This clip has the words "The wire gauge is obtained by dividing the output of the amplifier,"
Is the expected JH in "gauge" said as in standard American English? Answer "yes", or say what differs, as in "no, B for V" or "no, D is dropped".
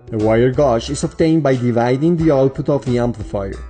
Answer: no, SH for JH